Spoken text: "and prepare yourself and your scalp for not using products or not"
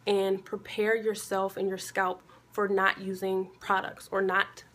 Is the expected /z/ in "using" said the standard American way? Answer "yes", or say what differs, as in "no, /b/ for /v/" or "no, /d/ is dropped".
yes